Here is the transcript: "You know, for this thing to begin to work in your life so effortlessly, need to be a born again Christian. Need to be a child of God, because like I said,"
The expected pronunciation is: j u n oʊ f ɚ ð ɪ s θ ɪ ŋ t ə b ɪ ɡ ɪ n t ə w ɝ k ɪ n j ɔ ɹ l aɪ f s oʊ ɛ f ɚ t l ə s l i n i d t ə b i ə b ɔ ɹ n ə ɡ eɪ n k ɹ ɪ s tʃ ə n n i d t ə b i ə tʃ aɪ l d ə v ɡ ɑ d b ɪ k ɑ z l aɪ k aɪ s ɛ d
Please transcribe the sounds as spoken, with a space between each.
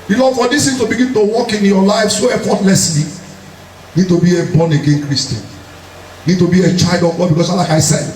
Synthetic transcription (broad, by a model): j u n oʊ f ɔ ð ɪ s t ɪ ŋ t ə b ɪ ɡ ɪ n t ə w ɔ k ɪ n j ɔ l aɪ f s oʊ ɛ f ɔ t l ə s l i n i d t ə b i ə b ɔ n ə ɡ eɪ n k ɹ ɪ s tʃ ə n n i d t ə b i ə tʃ aɪ l d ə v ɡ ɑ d b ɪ k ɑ s l aɪ k aɪ s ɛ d